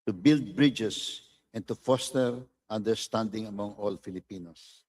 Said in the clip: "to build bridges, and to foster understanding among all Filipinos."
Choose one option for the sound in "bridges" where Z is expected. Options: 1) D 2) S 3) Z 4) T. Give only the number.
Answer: 2